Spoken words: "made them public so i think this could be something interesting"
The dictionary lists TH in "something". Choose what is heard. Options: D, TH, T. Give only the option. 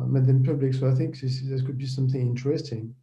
TH